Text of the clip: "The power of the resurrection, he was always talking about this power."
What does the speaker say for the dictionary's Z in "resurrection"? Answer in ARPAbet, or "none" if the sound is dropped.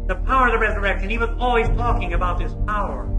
Z